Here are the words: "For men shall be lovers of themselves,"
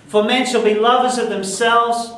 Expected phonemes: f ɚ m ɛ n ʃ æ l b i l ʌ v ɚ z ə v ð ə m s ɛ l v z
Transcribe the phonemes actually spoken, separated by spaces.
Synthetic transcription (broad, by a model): f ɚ m ɛ n ʃ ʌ l b i l ʌ v ɚ z ə v ð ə m s ɛ l v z